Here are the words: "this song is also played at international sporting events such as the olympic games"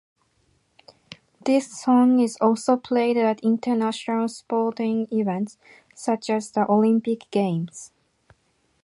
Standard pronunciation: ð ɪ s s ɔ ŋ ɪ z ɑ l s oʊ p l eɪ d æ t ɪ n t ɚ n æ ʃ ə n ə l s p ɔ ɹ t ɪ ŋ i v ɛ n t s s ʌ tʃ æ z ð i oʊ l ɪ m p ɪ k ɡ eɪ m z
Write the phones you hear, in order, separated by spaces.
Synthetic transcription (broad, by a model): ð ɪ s s ɔ ŋ ɪ z ɑ l s oʊ p l eɪ d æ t ɪ n t ɚ n æ ʃ ə n ə l s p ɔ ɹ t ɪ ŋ i v ɛ n t s s ʌ tʃ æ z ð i oʊ l ɪ m p ɪ k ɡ eɪ m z